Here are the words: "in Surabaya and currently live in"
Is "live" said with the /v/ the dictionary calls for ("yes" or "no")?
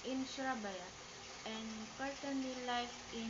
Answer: no